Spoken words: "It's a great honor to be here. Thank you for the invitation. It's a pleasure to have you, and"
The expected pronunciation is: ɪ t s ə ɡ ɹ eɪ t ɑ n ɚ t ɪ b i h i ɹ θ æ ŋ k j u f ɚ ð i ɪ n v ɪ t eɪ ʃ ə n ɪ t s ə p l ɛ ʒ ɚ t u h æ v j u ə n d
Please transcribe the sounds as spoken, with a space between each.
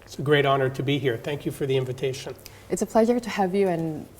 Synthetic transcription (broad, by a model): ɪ t s ə ɡ ɹ eɪ t ɑ n ɚ t ɪ b i h i ɹ θ æ ŋ k j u f ɚ ð i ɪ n v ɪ t eɪ ʃ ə n ɪ t s ə p l ɛ ʒ ɚ t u h æ v j u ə n